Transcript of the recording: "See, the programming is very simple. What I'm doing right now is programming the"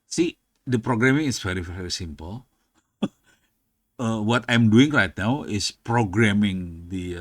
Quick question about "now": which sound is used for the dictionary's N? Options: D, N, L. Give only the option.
N